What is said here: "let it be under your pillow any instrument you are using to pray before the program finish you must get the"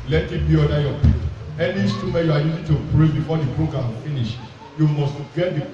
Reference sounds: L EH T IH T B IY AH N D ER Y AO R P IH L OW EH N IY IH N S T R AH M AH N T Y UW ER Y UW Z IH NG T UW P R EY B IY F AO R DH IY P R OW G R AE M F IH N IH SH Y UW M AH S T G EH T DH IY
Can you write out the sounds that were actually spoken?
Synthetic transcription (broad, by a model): L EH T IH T B IY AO D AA Y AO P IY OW EH N IY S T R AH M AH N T Y UW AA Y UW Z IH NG T UW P R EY B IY F AO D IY P R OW G R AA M F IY N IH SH Y UW M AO S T G EH T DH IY